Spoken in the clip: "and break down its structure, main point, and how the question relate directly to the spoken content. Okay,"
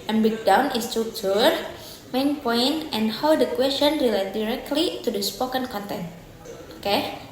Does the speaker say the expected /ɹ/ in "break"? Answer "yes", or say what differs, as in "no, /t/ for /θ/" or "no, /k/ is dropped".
no, /ɹ/ is dropped